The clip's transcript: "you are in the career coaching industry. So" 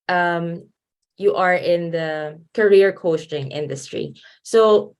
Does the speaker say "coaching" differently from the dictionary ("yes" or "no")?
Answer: yes